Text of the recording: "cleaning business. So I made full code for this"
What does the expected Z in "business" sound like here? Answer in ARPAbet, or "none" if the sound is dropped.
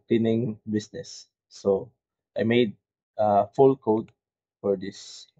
S